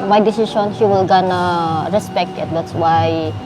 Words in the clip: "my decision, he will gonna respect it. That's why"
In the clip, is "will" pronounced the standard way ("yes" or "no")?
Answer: yes